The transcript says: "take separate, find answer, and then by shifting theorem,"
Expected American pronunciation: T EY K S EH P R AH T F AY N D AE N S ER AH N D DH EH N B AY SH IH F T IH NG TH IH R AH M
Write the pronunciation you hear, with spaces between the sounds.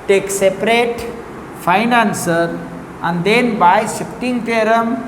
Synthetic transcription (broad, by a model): T EY K S EH P R AH T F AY N AE N S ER AH N D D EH N B AY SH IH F T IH NG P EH R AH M